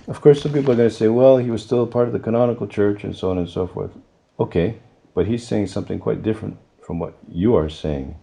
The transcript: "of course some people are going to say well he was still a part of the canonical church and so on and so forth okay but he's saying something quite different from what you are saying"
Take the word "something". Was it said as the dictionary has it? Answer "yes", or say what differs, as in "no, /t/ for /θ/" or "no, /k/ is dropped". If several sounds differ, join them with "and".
yes